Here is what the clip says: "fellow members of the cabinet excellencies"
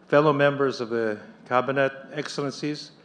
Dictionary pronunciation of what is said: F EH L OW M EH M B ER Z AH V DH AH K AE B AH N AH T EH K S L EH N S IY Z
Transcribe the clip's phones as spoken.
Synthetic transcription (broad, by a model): F EH L OW M EH M B ER Z AH V DH AH K AE B AH N AH T EH K S L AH N S IY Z